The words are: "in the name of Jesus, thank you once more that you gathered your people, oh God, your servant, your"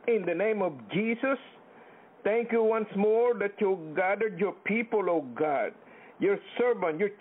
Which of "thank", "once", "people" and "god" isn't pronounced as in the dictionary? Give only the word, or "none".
thank